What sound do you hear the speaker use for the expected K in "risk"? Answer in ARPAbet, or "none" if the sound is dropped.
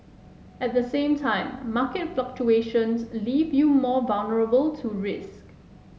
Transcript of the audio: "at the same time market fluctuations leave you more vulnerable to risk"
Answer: K